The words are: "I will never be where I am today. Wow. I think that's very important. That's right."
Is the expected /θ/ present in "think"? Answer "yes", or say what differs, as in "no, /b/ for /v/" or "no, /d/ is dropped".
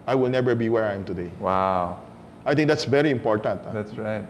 no, /t/ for /θ/